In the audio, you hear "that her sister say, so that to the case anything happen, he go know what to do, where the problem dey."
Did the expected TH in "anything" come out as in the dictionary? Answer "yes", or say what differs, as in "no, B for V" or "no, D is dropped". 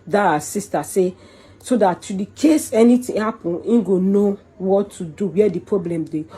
no, T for TH